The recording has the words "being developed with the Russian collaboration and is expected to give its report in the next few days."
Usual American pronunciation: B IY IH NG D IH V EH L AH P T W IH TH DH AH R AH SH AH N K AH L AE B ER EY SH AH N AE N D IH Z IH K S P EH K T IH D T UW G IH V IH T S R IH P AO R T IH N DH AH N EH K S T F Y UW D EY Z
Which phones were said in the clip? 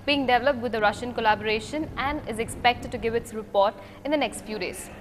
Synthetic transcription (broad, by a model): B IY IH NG D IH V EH L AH P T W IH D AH R AH SH AH N K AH L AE B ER EY SH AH N AE N D IH Z IH K S P EH K T IH D T UW G IH V IH T S R IH P AO R T IH N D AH N EH K S T F Y UW D EY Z